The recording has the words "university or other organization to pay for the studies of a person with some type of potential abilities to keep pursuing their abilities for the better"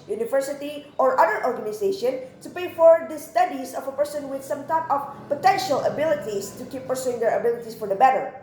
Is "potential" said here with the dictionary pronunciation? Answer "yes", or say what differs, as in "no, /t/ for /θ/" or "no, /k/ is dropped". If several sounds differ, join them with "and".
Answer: yes